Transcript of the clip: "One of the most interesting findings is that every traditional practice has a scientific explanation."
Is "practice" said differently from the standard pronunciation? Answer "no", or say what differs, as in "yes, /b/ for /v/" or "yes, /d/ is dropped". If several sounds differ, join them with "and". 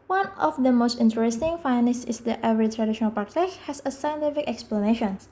yes, /ɹ/ is dropped